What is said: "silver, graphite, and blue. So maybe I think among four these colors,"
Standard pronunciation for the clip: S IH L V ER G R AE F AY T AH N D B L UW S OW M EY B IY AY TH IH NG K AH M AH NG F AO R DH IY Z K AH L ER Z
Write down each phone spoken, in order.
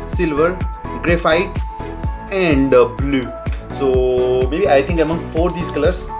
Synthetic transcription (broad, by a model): S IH L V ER G R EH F AY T AH N D B L UW S OW M EY B IY AY T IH NG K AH M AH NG F AO R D IY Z K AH L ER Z